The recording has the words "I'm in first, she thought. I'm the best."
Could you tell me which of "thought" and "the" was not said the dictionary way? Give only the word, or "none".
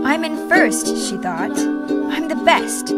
none